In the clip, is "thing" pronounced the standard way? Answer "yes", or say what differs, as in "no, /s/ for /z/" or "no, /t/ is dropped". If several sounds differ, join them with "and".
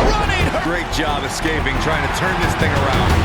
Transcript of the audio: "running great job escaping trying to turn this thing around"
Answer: yes